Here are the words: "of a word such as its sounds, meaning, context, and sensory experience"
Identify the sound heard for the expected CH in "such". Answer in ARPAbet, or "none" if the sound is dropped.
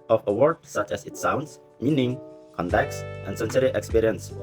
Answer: CH